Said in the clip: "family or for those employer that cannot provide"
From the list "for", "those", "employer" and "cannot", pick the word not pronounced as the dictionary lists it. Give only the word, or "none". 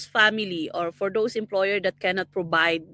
those